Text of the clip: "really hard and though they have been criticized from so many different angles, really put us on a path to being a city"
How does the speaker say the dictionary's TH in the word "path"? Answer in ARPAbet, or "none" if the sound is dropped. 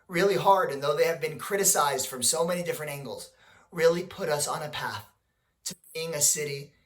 TH